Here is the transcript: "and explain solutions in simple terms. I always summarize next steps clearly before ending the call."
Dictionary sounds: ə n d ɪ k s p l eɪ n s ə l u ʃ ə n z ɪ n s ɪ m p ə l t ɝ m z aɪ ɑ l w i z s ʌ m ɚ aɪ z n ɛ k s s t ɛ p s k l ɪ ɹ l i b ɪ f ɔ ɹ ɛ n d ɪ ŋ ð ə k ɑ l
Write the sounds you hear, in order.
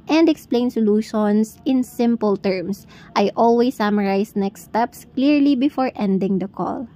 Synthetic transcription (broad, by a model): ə n d ɪ k s p l eɪ n s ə l u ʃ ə n s ɪ n s ɪ m p ə l t ɝ m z aɪ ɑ l w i s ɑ m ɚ aɪ s n ɛ k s s t ɛ p s k l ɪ ɹ l i b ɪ f ɔ ɹ ɛ n d ɪ ŋ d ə k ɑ l